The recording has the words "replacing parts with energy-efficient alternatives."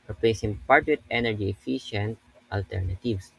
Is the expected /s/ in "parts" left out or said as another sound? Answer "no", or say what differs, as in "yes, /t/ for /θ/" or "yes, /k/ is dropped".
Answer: yes, /s/ is dropped